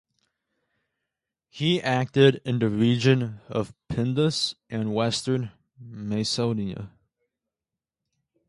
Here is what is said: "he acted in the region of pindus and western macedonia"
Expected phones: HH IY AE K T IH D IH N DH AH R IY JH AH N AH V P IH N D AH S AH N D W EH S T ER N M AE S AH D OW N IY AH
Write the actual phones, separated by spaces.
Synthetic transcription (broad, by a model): HH IY AE K T IH D IH N DH AH R IY JH AH N AH V P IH N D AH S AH N W EH S T ER N M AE AH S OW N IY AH